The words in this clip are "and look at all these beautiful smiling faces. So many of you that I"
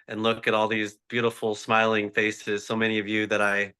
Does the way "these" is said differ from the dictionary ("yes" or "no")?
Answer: no